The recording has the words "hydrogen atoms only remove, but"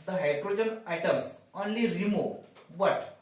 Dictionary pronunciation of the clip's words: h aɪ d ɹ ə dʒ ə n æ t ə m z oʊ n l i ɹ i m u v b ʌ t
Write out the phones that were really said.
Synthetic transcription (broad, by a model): h aɪ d ɹ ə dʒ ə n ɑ t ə m s oʊ n l i ɹ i m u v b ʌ t